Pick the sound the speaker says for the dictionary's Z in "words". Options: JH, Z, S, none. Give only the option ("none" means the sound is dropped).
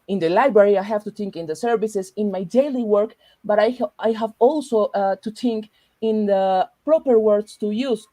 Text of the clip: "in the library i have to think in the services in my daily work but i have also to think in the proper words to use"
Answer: S